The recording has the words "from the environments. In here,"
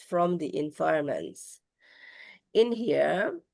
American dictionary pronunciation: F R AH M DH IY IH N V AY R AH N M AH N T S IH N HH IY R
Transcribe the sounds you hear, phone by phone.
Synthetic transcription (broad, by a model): F R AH M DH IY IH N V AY AH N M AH N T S IH N HH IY R